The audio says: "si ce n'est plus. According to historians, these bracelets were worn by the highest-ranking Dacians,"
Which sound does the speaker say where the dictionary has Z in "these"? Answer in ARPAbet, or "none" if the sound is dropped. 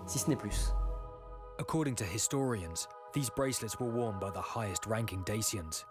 Z